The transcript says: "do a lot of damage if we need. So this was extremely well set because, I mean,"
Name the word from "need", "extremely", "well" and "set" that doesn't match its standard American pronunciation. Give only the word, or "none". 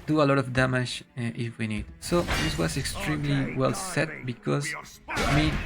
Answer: none